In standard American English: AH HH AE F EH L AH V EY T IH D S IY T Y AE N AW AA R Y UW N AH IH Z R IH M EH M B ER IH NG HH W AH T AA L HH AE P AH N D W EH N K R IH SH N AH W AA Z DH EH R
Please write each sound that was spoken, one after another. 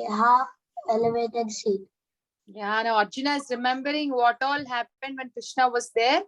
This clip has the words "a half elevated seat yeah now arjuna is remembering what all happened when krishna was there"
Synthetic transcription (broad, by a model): HH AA EH L AH V EY T IH D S IY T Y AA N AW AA R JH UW N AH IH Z R IH M EH M B ER IH NG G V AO T AA L HH AE P AH N D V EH N K R IH SH N AH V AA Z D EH R